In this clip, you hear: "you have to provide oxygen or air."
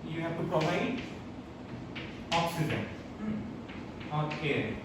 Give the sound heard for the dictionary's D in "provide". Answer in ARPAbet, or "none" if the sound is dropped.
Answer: none